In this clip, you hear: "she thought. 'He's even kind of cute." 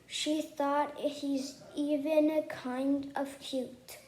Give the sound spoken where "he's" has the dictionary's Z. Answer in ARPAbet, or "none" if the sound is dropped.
Z